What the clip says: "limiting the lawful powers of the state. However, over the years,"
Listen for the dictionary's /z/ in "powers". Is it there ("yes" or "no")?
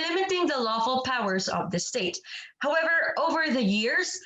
yes